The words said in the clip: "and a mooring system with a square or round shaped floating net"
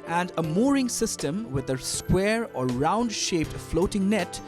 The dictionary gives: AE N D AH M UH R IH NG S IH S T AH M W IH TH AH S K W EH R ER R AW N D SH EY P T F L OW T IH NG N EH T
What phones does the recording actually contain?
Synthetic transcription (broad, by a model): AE N D AH M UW R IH NG S IH S T AH M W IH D AH S K W EH R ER R AW N D SH EY P T F L OW T IH NG N EH T